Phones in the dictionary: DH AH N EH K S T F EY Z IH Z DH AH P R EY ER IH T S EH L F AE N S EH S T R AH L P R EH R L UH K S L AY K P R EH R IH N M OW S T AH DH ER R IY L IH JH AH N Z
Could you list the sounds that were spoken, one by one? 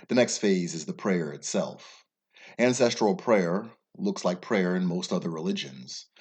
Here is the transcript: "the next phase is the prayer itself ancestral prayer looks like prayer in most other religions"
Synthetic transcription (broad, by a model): DH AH N EH K S T F EY Z IH Z DH AH P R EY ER IH T S EH L F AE N S EH S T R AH L P R EH R L UH K S L AY K P R EH R IH N M OW S T AH DH ER R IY L IH JH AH N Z